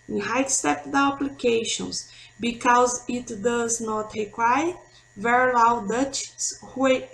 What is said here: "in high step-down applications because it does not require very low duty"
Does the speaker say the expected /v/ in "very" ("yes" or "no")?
yes